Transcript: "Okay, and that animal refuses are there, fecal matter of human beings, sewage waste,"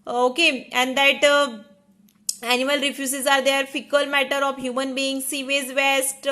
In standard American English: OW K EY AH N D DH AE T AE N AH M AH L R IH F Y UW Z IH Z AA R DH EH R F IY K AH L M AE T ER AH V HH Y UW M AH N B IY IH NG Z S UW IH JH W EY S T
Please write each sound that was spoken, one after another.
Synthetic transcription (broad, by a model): OW K EY AH N D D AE T AE N AH M AH L R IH F Y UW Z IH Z AA R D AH R F IY K AH L M AE T ER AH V HH Y UW M AH N B IY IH NG S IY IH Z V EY S T